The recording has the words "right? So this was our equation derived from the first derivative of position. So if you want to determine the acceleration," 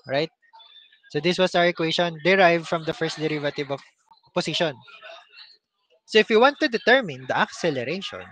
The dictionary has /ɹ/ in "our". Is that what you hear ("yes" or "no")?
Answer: no